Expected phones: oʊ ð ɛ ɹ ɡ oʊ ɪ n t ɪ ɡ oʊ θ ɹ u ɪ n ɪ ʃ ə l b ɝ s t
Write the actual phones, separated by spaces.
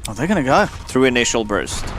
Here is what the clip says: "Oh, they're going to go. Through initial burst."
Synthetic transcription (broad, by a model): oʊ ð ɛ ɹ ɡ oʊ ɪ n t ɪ ɡ oʊ θ ɹ u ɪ n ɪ ʃ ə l b ɝ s t